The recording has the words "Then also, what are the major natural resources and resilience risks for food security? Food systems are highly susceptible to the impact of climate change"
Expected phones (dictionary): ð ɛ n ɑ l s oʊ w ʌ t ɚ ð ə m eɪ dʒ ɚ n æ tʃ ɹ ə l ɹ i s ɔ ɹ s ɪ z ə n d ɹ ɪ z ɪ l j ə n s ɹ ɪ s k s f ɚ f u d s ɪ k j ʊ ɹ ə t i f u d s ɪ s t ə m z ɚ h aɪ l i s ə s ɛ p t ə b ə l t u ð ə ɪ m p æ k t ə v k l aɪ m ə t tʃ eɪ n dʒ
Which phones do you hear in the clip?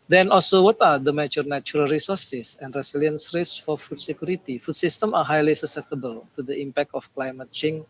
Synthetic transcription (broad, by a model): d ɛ n ɑ l s oʊ w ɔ t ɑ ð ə m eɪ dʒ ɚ n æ tʃ ɹ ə l ɹ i s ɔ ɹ s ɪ s ə n d ɹ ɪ s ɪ l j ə n s ɹ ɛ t s f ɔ f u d s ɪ k j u ɹ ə t i f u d s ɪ s t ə m ɑ h aɪ l i s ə s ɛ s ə b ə l t u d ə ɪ m p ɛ k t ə f k l aɪ m ə t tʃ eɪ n